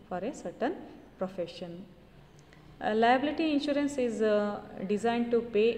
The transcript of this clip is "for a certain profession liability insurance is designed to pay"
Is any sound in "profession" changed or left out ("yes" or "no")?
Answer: no